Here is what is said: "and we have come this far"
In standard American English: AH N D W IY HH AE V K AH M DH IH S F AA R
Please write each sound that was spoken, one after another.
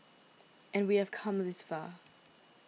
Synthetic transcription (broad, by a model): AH N W IY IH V K AH M DH IH S F AA